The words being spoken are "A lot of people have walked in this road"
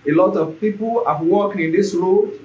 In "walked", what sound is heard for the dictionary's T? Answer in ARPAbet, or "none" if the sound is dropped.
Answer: none